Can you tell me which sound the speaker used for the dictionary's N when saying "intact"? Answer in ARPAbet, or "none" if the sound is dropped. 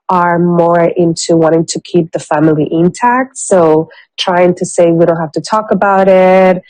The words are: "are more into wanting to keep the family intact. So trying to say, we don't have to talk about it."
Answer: N